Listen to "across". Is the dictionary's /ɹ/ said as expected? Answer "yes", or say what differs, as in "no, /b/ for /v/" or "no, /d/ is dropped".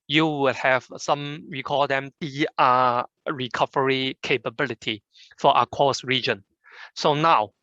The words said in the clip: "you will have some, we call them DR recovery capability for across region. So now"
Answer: no, /ɹ/ is dropped